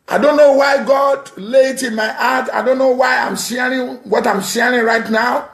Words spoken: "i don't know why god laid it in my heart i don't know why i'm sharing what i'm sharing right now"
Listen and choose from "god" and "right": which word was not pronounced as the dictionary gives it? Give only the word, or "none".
none